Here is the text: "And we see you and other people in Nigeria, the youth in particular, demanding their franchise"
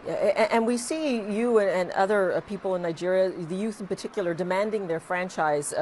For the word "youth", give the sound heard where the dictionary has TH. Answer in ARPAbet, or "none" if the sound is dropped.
TH